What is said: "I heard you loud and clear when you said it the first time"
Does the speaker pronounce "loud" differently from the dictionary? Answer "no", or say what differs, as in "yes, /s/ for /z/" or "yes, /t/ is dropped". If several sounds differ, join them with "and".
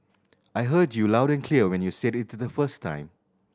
no